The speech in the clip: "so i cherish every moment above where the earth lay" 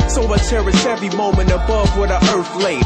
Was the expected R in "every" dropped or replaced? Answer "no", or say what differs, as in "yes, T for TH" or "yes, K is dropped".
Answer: yes, R is dropped